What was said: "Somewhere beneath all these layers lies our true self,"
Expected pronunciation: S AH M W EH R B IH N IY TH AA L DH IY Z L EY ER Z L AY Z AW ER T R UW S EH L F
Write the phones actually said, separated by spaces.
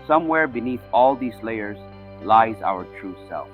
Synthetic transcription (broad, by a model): S AH M W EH R B IH N IY TH AA L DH IY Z L EY ER Z L AY Z AW ER T R UW S EH L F